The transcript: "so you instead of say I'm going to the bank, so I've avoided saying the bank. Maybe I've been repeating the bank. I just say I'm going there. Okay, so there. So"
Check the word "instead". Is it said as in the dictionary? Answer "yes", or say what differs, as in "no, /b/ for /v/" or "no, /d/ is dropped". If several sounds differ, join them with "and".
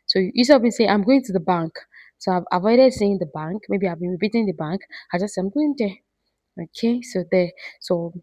no, /n/ is dropped